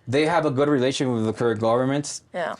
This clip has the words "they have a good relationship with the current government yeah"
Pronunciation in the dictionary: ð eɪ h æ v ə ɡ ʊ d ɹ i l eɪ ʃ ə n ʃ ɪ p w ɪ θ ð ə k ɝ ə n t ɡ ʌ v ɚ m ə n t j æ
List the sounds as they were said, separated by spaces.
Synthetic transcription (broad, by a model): ð eɪ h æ v ə ɡ ʊ d ɹ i l eɪ ə ʃ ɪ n w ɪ ð ə k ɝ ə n ɡ ʌ v ɚ m ə n t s